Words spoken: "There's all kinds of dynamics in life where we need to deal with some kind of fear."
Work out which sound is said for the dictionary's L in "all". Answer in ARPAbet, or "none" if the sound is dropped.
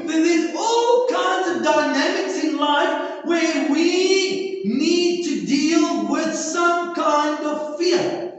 L